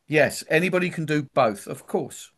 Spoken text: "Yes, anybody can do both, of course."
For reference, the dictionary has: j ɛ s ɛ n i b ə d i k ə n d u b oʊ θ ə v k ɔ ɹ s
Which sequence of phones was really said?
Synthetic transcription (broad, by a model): j ɛ s ɛ n i b ə d i k ə n d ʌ b oʊ θ ə v k ɔ s